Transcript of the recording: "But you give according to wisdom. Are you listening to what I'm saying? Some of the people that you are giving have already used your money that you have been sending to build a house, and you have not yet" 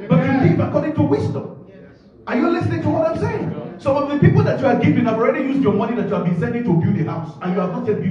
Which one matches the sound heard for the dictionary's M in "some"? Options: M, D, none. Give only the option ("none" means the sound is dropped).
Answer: none